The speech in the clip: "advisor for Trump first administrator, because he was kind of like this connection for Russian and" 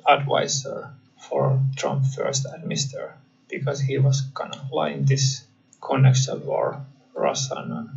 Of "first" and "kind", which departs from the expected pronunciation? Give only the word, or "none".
kind